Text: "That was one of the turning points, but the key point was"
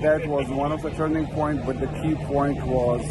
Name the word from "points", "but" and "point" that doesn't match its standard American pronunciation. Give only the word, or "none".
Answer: points